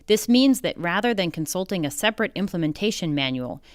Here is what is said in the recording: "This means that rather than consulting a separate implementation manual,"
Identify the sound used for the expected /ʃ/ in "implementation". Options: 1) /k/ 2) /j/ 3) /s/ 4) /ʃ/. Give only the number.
4